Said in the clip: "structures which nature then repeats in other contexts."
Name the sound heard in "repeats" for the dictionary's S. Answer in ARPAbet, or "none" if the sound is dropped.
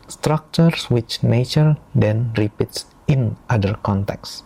S